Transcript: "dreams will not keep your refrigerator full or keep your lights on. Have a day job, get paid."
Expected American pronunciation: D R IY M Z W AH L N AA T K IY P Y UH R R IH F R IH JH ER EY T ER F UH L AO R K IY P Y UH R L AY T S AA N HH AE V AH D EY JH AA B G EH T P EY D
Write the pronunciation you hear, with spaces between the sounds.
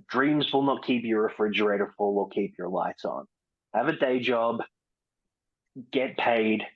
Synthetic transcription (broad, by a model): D R IY M Z W AH L N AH T K IY P Y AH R R IH F R IH JH ER EY T ER F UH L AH L K IY P Y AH R L AY T S N HH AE V AH D EY JH AA B G EH T P EY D